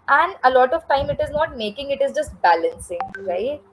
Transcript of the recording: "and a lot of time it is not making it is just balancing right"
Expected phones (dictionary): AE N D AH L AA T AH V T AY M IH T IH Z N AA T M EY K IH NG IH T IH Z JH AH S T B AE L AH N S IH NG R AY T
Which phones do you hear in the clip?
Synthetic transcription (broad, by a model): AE N D AH L AA T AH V T AY M IH T IH Z N AA T M EY K IH NG IH T IH Z JH AH S T B AE L AH N S IH NG R AY T